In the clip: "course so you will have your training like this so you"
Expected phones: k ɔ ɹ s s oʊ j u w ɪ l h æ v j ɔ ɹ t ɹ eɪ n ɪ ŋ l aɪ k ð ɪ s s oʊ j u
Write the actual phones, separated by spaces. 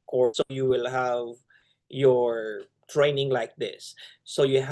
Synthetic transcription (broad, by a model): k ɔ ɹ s s oʊ j u w ɪ l h æ v j ɔ ɹ t ɹ eɪ n ɪ ŋ l aɪ k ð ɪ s s oʊ j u